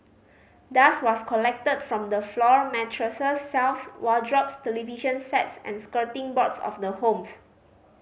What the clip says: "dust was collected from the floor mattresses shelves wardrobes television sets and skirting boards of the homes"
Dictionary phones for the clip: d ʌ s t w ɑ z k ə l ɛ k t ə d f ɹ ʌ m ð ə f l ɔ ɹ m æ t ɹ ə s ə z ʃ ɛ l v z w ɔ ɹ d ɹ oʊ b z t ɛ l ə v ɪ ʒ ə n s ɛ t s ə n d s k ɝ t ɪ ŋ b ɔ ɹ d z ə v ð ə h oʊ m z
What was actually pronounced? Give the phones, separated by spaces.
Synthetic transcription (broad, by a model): d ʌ s w ɑ s k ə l ɛ k t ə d f ɹ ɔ m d ə f l ɔ ɹ m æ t ɹ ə s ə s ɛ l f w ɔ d ɹ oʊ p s t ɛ l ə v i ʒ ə n s ɛ t s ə n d s k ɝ t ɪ ŋ b ɔ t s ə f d ə h oʊ m s